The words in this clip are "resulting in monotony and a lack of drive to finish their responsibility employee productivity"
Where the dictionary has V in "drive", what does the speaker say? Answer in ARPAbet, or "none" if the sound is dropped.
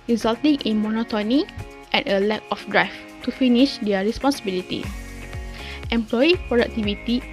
F